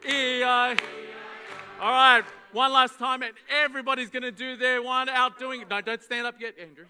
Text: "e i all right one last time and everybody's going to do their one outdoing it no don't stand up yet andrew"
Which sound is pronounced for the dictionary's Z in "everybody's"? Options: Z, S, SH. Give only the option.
Z